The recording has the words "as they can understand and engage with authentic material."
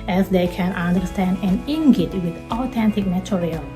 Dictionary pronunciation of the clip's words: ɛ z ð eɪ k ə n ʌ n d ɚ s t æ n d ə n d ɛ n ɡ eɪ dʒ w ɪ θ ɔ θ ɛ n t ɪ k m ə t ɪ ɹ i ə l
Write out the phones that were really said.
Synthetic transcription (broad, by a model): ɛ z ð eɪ k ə n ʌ n d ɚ s t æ n d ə n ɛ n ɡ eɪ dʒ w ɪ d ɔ t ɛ n t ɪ k m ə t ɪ ɹ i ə l